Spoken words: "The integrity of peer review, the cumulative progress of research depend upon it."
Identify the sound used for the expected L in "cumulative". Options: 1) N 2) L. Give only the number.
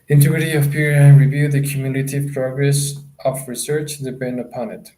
1